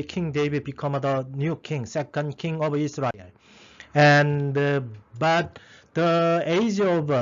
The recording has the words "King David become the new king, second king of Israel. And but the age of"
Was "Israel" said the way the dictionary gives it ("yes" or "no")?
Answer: no